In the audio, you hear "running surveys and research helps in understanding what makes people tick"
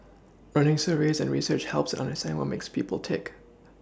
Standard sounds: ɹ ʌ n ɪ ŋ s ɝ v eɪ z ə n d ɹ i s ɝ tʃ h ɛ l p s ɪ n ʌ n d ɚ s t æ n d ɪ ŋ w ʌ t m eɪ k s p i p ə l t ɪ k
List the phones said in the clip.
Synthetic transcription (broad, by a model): ɹ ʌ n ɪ ŋ s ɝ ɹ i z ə n ɹ i s ɝ tʃ h ɛ l p s ɪ n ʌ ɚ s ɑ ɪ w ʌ m eɪ k s p i p ə l t ɪ k